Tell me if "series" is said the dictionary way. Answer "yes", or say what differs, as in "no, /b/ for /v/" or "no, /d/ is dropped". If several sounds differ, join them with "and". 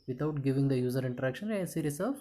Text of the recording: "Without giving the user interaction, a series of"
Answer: no, /s/ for /z/